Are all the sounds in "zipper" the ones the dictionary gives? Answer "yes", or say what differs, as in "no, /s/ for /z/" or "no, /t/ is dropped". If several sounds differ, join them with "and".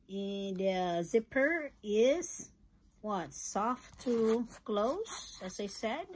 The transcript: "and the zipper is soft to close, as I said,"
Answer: yes